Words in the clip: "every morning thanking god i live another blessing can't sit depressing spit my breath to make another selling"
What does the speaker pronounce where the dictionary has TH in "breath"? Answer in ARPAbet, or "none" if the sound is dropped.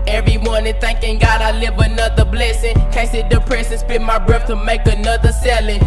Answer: F